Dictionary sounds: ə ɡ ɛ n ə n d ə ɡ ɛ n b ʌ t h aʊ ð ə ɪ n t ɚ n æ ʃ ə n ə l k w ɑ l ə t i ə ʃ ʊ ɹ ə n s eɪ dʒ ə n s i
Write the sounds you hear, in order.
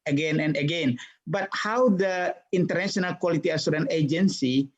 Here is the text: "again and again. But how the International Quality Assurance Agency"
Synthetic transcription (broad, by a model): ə ɡ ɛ n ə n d ə ɡ ɛ n b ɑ t h aʊ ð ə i n t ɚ n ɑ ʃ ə n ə l k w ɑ l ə t i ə s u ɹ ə n eɪ dʒ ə n s i